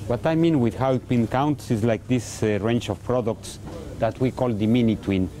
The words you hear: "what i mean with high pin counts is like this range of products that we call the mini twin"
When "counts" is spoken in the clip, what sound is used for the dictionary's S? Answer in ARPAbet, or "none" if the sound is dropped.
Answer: S